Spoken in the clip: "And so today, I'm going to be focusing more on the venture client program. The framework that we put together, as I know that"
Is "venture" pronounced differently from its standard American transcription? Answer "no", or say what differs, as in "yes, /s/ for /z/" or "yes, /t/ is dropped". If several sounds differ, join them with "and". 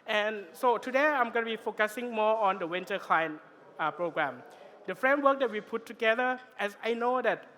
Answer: yes, /w/ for /v/